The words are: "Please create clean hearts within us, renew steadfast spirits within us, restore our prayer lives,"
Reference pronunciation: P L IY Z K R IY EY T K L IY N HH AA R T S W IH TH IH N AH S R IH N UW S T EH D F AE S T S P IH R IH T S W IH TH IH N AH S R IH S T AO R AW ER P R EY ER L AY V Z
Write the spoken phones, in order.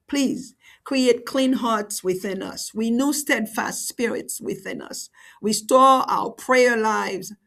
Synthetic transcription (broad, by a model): P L IY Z K R IY EY T K L IY N HH AA R T S W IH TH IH N AH S W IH N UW S T EH D F AE S T S P IH R IH T S W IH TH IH N AH S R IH S T AO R AW ER P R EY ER L AY V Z